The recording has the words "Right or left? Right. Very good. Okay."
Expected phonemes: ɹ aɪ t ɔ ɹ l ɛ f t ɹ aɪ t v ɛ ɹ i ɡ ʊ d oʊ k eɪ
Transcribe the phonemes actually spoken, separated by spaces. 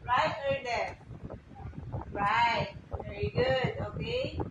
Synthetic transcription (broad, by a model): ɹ aɪ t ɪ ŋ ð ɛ t ɹ aɪ t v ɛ ɹ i ɡ ʊ d oʊ k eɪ